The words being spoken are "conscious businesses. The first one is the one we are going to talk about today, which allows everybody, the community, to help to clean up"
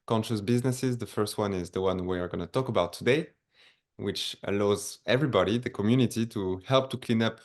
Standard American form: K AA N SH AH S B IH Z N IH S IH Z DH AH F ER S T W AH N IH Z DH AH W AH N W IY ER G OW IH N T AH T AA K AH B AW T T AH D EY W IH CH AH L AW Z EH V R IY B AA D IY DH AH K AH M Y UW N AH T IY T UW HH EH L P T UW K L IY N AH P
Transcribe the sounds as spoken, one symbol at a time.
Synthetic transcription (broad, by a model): K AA N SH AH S B IH Z N IH S IH Z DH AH F ER S T W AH N IH Z DH AH W AH N W IY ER G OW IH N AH T AA K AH B AW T T AH D EY W IH CH AH L AW Z EH V R IY B AA D IY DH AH K AH M Y UW N AH T IY T UW HH EH L P T UW K L IY N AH P